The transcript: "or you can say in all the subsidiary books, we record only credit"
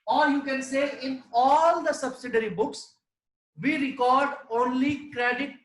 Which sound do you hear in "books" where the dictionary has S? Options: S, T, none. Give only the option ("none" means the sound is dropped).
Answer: S